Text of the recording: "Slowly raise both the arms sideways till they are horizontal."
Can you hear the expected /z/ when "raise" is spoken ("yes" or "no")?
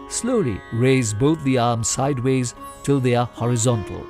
yes